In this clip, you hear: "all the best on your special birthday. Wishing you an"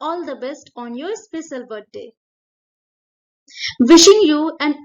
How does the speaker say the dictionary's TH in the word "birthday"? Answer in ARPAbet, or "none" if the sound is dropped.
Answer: T